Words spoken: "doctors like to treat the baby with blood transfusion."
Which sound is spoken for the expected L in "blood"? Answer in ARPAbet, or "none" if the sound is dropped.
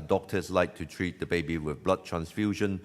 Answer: L